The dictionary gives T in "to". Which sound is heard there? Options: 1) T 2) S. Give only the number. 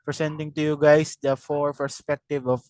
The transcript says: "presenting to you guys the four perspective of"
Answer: 1